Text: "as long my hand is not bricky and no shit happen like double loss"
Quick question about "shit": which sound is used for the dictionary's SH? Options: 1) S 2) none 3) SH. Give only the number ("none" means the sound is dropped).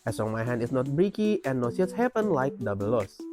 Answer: 1